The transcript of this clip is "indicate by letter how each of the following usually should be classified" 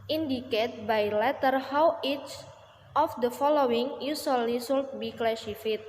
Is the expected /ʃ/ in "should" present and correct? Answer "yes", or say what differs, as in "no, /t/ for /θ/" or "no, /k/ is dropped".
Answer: no, /s/ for /ʃ/